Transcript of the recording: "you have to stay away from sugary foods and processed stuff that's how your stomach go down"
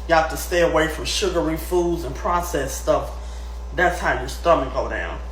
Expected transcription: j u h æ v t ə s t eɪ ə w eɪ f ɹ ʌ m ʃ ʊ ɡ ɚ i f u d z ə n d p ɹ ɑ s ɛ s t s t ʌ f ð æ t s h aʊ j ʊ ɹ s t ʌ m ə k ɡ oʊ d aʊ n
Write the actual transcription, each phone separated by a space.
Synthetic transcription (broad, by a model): j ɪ h æ f t ə s t eɪ ə w eɪ f ɹ ʌ m ʃ ʊ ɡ ɚ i f u d z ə n p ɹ ɑ s ɛ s s t ʌ f ð æ t s h aʊ j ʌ ɹ s t ʌ m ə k ɡ oʊ d aʊ n